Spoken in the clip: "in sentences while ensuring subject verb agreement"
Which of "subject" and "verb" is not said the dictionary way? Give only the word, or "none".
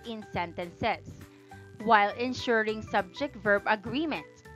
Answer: none